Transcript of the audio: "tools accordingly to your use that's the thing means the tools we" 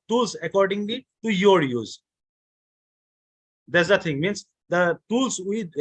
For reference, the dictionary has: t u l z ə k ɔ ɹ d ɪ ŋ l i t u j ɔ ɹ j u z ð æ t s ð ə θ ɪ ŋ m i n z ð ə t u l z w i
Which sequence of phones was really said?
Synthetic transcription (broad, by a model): t u l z ə k ɔ ɹ d ɪ ŋ l i t u j ɔ ɹ j u z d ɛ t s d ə t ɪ ŋ m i n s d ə t u l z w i